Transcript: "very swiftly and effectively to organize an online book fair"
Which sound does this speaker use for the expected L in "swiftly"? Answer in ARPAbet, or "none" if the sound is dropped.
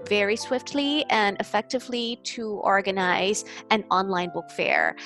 L